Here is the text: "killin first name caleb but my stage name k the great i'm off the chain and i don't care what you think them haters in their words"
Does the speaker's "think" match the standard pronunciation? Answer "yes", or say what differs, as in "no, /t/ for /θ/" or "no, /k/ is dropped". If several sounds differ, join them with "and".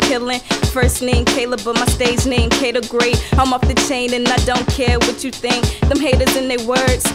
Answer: yes